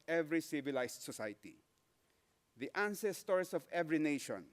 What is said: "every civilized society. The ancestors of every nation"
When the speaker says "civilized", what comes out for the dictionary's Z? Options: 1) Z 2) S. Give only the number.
2